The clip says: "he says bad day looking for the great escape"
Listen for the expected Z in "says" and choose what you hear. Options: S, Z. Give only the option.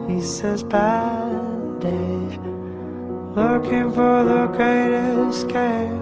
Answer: Z